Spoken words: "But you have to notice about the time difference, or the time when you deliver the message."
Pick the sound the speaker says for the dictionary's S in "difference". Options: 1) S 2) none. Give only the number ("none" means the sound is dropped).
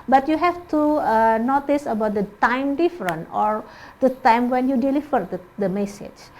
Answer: 2